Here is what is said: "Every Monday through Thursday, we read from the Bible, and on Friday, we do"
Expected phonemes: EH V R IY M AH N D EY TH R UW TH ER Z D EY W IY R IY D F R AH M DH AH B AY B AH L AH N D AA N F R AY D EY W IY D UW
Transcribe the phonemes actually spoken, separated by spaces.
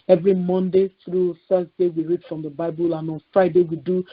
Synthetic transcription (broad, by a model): EH V R IY M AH N D EY TH R UW F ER S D EY W IY R IY D F R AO M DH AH B AY B AH L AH N AA N F R AY D EY W IY D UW